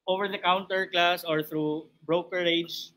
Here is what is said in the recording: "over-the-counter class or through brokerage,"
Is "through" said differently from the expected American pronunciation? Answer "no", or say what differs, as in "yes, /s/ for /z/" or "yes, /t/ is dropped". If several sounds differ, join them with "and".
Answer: yes, /t/ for /θ/